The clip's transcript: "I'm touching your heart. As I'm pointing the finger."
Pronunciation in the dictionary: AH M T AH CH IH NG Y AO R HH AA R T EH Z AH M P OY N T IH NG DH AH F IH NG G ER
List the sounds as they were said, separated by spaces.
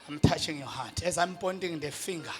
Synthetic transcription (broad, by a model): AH M T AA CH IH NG Y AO HH AA T EH Z AH M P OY N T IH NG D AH F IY NG G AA